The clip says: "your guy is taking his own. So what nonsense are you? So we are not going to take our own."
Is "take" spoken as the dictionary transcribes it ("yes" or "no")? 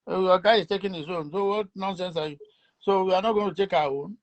yes